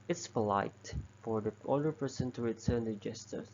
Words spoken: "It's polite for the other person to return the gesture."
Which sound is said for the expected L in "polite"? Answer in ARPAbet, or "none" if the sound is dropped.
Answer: L